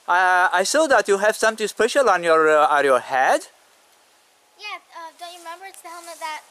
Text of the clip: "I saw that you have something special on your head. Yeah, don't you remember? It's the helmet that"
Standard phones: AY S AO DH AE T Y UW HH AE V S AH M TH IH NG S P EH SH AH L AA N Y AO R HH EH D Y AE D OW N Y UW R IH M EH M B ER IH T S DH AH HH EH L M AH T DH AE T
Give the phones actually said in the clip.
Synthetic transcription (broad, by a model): AY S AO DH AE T Y UW HH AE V S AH M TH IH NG S P EH SH AH L AA N Y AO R HH EH D Y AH D OW N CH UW R IH M EH M B ER IH T S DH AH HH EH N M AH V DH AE T